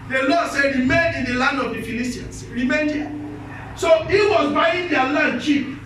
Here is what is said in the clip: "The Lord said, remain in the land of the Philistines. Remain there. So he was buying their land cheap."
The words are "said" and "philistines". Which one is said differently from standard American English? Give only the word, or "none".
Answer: philistines